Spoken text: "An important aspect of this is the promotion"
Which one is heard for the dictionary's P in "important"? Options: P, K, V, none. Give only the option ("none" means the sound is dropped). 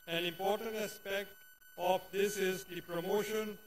P